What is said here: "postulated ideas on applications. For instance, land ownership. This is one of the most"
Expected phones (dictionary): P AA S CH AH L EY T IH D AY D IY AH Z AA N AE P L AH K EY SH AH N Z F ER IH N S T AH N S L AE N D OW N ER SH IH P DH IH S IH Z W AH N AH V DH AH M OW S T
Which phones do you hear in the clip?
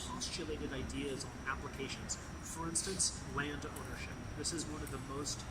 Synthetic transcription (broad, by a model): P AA S CH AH L EY T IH D AY D IY AH Z N AE P L AH K EY SH AH N Z F ER IH N S T AH N S L AE N D OW N ER SH IH P DH IH S IH Z W AH N AH V DH AH M OW S T